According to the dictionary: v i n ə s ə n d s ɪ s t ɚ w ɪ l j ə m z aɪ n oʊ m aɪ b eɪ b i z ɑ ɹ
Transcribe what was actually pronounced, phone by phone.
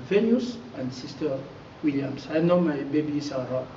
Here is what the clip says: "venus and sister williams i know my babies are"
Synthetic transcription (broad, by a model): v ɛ n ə s ə n d s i s t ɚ w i l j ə m s aɪ n oʊ m aɪ b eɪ b i s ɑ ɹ